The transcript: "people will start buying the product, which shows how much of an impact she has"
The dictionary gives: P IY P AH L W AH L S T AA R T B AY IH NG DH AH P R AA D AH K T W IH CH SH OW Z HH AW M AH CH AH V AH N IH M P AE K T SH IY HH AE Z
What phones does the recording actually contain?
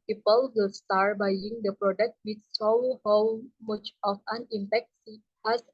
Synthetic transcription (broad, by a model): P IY P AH L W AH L S T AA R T B AY IH NG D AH P R AA D AH K T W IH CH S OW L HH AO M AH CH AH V AH N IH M P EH K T S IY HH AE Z